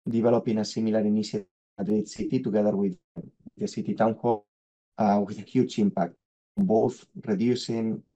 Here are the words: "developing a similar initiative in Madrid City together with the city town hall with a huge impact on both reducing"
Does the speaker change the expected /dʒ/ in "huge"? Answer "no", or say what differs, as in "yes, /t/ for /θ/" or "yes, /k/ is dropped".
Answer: yes, /tʃ/ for /dʒ/